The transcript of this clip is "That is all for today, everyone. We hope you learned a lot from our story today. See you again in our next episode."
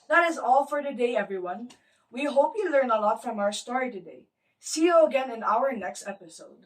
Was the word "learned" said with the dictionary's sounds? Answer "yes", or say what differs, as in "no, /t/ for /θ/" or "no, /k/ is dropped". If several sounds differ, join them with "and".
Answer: no, /d/ is dropped